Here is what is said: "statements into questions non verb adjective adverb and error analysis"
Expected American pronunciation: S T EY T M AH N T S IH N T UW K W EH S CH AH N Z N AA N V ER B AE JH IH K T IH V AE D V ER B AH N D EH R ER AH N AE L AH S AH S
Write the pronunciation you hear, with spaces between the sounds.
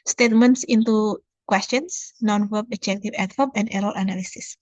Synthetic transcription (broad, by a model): S T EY T M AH N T S IH N T UW K W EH S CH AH N S N AA N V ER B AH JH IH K T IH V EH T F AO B AH N D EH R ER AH N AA L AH S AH S